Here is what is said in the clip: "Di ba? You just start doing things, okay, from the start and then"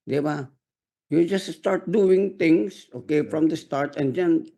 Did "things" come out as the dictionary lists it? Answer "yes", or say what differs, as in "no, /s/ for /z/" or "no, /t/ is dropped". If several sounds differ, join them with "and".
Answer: no, /t/ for /θ/